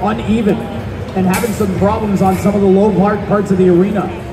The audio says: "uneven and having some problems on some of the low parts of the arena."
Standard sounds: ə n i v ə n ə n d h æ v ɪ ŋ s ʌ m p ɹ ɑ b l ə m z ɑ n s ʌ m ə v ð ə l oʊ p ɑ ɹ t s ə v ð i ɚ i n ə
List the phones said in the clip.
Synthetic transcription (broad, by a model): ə n i v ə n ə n h æ v ɪ ŋ s ʌ m p ɹ ɑ b l ə m z n s ʌ m ə v ð ə l oʊ p ɑ ɹ t s ə v ð i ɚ i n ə